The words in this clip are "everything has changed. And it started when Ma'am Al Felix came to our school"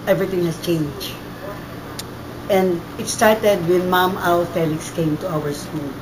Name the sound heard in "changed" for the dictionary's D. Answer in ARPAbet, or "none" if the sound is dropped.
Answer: none